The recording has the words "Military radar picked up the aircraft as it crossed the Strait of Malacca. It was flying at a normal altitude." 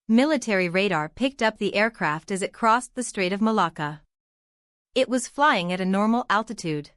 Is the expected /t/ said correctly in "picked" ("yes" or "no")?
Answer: yes